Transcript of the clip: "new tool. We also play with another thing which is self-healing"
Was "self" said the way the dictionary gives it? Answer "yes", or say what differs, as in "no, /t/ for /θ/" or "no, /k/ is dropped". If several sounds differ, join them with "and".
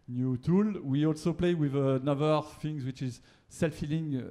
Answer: yes